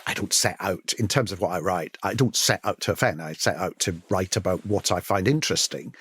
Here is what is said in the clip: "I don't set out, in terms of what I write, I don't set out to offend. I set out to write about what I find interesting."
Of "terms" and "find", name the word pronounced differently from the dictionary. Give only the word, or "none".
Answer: none